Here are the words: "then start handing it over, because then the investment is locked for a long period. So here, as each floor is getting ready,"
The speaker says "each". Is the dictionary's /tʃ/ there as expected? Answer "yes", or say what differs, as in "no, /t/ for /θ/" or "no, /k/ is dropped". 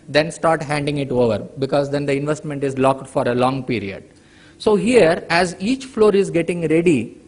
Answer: yes